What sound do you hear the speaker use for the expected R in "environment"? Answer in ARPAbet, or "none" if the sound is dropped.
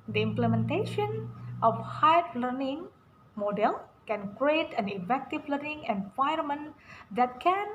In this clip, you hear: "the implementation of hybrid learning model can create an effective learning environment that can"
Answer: none